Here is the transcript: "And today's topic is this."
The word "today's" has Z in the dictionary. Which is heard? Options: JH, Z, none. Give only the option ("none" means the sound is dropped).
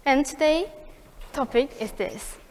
none